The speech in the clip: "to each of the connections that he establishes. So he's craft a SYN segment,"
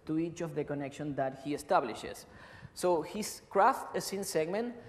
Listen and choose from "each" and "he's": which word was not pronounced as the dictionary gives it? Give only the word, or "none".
he's